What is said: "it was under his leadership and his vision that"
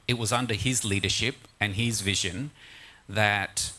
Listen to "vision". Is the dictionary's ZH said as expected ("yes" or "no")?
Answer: yes